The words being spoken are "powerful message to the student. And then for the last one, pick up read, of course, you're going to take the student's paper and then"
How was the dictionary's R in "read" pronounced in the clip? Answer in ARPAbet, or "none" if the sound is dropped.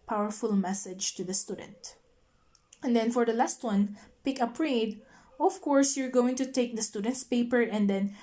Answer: R